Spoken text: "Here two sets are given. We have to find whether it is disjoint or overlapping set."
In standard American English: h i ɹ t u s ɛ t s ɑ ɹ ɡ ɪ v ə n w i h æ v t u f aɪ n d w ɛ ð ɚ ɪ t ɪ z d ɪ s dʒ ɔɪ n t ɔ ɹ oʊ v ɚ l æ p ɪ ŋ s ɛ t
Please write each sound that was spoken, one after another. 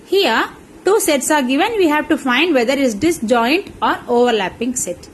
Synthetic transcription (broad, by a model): h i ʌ t u s ɛ t s ɑ ɹ ɡ ɪ v ə n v i h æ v t u f aɪ n d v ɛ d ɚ ɪ t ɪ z d ɪ s dʒ ɔɪ n t ɔ ɹ oʊ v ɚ l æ p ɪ ŋ s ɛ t